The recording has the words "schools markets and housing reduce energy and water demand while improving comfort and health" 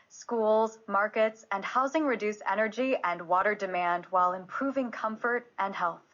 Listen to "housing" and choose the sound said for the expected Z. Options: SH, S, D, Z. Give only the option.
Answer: Z